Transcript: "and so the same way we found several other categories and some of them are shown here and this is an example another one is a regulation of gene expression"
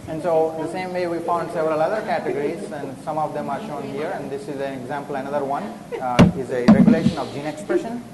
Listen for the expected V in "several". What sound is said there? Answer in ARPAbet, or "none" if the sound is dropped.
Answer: V